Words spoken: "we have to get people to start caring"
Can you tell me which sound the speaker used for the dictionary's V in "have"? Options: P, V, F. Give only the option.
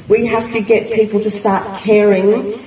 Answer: F